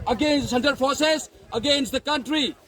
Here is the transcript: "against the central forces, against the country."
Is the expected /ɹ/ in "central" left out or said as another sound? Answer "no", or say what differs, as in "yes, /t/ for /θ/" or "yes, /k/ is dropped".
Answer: yes, /ɹ/ is dropped